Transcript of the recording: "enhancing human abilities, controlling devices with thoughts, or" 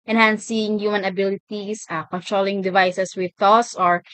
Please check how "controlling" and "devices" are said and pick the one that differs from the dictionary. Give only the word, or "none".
devices